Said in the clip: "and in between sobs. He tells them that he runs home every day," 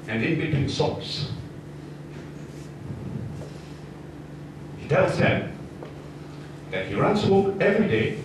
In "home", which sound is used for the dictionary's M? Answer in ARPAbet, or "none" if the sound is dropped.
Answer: none